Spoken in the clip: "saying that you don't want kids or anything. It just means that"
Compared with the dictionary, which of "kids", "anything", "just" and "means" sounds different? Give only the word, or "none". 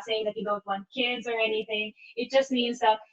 none